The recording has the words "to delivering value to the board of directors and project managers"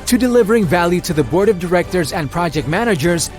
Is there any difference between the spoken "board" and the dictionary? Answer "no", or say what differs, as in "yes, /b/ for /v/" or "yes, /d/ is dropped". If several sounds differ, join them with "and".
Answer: no